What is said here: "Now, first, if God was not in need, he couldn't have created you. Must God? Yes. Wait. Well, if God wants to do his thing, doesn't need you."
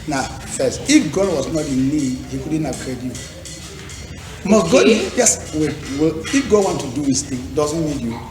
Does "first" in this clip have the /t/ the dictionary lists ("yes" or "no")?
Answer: no